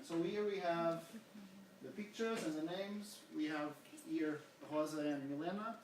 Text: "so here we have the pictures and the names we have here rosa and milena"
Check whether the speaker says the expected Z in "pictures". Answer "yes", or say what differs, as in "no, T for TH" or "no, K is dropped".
yes